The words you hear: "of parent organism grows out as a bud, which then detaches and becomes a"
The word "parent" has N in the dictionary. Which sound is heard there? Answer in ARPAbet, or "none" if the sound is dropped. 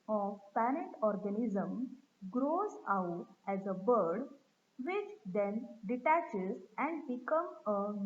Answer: none